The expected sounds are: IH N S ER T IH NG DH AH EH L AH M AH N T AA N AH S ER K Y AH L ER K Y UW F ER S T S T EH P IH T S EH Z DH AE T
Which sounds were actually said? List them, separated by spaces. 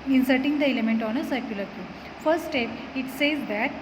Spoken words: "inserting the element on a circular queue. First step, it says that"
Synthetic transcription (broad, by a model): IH N S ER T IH NG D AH EH L AH M AH N T AA N AH S ER K Y AH L ER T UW F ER T S T EH P IH T S EH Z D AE T